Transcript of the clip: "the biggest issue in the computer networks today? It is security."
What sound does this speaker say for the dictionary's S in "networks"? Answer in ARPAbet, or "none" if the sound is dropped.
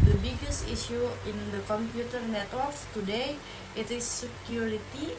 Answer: none